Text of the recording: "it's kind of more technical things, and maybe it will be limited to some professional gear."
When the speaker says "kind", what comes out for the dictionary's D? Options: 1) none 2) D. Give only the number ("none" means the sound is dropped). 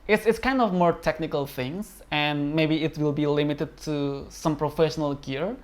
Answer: 2